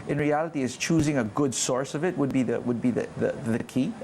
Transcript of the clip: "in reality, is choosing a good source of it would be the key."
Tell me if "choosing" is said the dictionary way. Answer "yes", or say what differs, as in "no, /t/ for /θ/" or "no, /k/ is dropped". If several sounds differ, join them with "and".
yes